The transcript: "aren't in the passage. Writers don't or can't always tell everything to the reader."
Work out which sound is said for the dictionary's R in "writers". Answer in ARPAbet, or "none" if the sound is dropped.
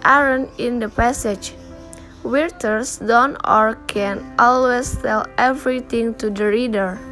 W